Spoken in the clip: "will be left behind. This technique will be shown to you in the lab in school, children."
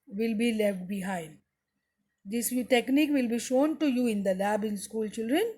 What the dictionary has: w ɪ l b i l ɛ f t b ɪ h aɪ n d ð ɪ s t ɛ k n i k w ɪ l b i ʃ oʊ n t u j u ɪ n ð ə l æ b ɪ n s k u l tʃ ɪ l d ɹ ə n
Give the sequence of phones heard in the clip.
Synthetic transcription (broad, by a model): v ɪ l b i l ɛ f t b ɪ h aɪ n d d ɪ s t ɛ k n i k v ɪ l b i ʃ oʊ n t u j u ɪ n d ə l æ b ɪ n s k u l tʃ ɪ l d ɹ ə n